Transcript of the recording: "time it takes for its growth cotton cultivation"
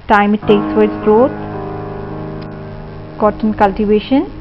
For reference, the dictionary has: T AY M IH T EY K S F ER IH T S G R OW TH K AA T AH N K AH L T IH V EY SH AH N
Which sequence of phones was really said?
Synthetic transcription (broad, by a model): T AY M IH T EY K S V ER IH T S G R OW T K AA T AH N K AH L T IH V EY SH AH N